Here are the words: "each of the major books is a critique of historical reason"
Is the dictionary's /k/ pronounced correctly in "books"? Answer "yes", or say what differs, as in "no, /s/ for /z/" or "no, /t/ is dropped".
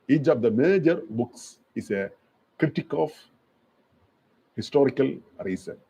yes